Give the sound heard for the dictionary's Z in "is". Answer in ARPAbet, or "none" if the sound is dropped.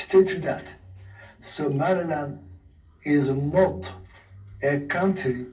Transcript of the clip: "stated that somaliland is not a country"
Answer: Z